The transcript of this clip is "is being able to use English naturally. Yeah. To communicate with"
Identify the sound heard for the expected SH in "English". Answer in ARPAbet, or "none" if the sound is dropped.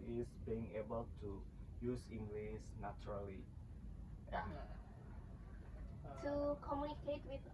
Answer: S